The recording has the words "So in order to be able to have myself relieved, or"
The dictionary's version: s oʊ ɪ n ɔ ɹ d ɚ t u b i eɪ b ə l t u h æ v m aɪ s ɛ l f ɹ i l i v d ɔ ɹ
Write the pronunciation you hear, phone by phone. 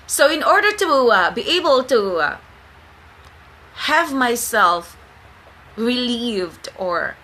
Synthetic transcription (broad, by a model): s oʊ ɪ n ɔ ɹ d ɚ t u b i eɪ b ə l t u h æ v m aɪ s ɛ l f ɹ i l i v d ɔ ɹ